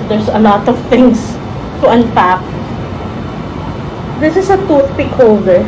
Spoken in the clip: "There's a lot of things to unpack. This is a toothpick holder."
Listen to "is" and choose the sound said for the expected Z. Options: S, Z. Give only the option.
S